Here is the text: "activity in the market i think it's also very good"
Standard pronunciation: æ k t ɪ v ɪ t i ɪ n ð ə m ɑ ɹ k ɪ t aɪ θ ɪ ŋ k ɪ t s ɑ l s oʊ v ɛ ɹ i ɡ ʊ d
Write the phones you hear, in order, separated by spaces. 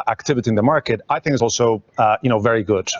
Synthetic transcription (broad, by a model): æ k t ɪ v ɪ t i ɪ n ð ə m ɑ ɹ k ɪ t aɪ θ ɪ ŋ k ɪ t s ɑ l s oʊ v ɛ ɹ i ɡ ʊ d